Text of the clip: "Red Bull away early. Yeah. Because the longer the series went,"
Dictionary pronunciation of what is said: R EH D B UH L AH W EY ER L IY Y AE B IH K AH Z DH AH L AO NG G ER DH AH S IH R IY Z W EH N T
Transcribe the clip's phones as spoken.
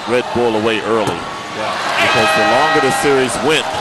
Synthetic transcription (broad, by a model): R EH D B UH L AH W EY ER L IY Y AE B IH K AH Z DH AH L AO NG G ER DH AH S IH R IY Z W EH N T